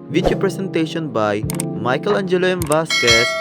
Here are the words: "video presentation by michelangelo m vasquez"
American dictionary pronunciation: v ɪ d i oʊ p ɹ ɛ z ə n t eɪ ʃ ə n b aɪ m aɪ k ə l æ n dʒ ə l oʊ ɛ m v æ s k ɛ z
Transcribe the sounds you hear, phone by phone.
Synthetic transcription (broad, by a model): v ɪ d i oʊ p ɹ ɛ s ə n t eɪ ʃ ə n b aɪ m aɪ k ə l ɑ n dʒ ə l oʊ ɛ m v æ s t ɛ